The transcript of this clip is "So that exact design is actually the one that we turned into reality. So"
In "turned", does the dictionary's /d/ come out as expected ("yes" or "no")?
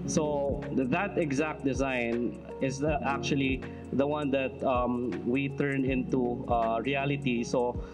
no